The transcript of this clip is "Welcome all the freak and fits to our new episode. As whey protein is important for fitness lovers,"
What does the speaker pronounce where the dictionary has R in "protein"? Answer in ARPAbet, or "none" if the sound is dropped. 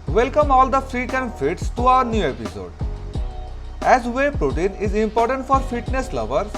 R